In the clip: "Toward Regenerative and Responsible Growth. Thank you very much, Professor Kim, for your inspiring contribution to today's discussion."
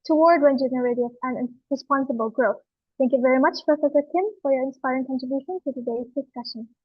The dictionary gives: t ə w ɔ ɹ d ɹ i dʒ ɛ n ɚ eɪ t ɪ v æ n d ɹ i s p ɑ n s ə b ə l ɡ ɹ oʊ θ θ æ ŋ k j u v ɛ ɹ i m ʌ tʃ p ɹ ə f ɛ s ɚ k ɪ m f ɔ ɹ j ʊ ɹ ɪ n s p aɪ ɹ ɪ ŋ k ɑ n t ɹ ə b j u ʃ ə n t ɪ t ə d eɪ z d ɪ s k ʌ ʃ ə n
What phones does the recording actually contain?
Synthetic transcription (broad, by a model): t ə w ɔ ɹ d w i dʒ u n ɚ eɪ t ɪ p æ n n ɹ i s p ɑ n s ə b ə l ɡ ɹ oʊ θ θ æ ŋ k j u v ɛ ɹ i m ʌ tʃ p ɹ ə f ɛ s ɚ k ɪ m f ɔ ɹ j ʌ ɹ ɪ n s p aɪ ɹ ɪ ŋ k ɑ n t ɹ ə b j u ʃ ə n t ɪ t ə d eɪ z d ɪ s k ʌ ʃ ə n